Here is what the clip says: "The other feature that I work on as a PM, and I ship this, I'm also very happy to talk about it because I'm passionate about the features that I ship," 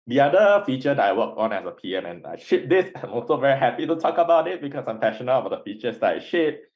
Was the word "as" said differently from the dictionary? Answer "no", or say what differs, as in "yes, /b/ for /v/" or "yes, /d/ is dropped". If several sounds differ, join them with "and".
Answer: yes, /s/ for /z/